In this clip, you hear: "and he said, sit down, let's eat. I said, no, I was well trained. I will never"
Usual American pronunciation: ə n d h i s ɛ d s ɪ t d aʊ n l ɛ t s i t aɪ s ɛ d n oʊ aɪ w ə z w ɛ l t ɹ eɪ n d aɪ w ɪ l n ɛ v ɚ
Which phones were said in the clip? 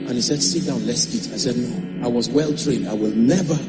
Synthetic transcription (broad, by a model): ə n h i s ɛ d s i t d aʊ n l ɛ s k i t aɪ s ɛ d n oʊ aɪ w ə z w ɛ l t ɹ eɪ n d aɪ w ɪ l n ɛ v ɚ